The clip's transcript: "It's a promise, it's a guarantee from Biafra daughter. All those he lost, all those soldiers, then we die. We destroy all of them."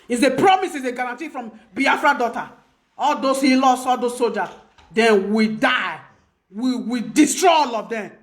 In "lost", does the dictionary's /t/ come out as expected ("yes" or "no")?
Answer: no